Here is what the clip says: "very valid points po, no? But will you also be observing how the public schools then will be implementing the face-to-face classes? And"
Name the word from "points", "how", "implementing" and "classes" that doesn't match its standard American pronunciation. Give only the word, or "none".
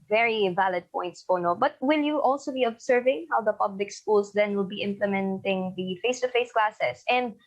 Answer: classes